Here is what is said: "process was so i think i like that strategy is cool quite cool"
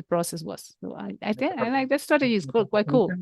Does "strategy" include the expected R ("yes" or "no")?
no